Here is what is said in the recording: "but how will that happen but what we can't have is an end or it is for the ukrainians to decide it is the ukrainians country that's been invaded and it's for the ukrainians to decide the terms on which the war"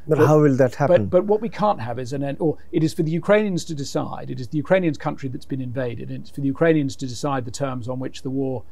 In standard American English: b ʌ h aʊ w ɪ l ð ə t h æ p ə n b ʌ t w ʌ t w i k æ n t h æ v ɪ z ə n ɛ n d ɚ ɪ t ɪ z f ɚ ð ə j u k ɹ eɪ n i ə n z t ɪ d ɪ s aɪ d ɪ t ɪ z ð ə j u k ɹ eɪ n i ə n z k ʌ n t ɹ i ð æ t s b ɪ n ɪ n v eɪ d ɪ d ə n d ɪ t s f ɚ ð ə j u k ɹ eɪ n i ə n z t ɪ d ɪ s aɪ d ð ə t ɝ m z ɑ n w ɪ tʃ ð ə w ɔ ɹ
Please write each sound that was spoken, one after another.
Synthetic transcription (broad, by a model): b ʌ h aʊ w ɪ l ð ə t h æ b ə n b ʌ t w ʌ t w i k æ n t h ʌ v ɪ z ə n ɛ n ɚ ɪ t ɪ z f ɚ ð ə j u k ɹ eɪ n i ə n z t ɪ d ɪ s aɪ d ɪ t ɪ z ð ə j u k ɹ eɪ n i ə n z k ʌ n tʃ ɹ i ð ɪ t s b ɪ n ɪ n v eɪ d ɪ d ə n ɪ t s f ɚ ð ə j u k ɹ eɪ n i ə n z t ɪ d ɪ s aɪ d ð ə t ɝ m z n w ɪ tʃ ð ə w ɔ ɹ